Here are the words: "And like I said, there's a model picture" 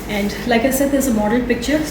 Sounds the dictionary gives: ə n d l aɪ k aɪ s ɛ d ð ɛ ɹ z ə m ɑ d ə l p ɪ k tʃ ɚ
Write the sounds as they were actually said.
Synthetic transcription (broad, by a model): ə n d l aɪ k aɪ s ɛ d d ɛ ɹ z ə m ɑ d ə n p ɪ k tʃ ɚ